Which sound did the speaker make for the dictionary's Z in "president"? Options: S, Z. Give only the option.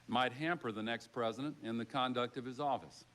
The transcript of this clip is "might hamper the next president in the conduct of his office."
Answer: Z